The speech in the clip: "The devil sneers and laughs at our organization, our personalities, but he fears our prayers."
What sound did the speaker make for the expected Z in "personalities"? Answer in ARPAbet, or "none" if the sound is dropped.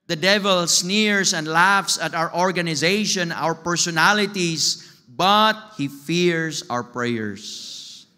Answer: S